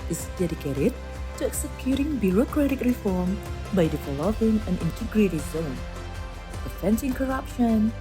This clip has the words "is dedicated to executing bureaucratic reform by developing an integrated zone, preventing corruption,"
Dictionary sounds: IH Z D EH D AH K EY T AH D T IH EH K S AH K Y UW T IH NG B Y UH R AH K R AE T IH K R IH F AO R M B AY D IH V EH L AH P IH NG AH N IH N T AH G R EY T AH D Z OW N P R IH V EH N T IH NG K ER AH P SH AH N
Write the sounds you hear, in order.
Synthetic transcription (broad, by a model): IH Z D EH D AH K EY T AH D T IH EH K S AH K Y UW T IH NG B Y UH R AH K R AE T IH K R IH F AO R M B AY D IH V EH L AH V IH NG AH N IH N T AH G R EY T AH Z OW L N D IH F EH N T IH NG K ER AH P SH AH N